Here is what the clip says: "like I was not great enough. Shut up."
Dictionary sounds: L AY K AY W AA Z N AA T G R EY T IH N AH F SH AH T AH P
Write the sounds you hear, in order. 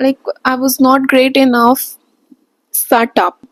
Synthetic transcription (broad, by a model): L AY K AY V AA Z N AA T G R EY T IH N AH F S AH T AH P